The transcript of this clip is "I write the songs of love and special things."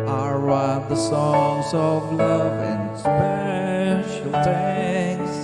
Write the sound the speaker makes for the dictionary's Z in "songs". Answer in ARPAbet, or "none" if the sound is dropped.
Z